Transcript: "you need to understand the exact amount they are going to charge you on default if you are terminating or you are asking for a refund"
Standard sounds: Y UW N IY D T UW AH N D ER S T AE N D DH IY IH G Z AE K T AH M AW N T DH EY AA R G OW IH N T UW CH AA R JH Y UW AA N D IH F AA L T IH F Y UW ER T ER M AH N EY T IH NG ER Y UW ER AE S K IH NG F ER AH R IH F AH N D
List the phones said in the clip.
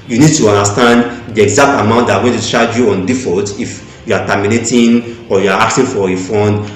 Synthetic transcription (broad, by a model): Y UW N IY D T UW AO N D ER S T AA N D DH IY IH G Z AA K T AH M AW N T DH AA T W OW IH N T UW SH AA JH Y UW AA N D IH F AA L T IH F Y UW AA T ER M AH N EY T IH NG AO Y UW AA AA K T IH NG F AH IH F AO N D